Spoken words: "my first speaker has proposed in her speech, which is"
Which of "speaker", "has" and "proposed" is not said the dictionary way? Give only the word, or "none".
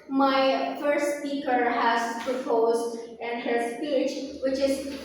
none